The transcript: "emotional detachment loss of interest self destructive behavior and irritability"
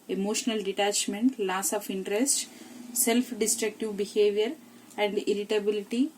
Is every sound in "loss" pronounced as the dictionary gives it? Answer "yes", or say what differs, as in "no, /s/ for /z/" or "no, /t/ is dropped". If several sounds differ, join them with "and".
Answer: yes